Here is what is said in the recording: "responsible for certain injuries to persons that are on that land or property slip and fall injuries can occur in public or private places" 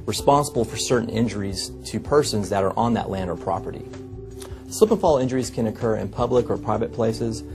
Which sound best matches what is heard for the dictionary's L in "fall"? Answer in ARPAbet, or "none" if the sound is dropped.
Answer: L